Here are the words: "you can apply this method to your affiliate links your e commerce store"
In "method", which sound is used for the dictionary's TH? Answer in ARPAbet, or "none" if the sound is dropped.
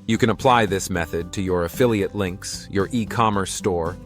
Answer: TH